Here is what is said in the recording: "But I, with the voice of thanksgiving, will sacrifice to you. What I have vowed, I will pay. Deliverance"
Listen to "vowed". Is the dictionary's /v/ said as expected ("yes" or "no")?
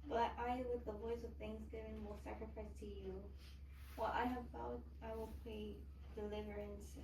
no